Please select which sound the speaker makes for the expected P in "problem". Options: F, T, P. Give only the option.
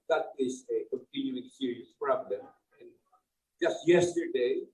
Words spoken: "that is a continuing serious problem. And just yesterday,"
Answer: F